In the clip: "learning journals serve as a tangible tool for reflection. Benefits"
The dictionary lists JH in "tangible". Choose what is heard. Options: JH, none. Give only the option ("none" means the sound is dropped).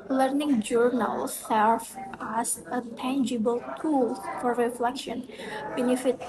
JH